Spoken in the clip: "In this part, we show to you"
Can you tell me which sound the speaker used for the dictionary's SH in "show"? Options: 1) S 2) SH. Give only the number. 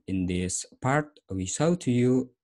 1